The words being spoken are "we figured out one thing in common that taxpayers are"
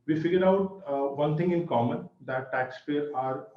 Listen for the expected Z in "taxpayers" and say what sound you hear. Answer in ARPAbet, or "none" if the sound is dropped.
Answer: none